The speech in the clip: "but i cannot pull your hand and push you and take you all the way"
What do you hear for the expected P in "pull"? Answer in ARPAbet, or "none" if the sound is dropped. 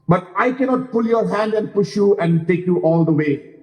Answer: P